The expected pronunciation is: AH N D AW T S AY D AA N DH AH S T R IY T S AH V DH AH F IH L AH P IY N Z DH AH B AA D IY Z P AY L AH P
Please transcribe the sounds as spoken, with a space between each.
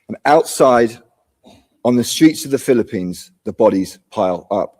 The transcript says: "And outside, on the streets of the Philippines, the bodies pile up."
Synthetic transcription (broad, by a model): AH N AW T S AY D N DH AH S T R IY T S AH V DH AH F IH L AH P IY N Z DH AH B AA D IY Z P AY L AH P